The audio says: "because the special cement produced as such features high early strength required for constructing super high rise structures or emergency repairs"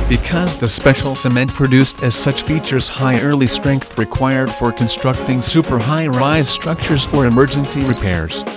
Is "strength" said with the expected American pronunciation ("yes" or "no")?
yes